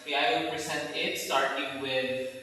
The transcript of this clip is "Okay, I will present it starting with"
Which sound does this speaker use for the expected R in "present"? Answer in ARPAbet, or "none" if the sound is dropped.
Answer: none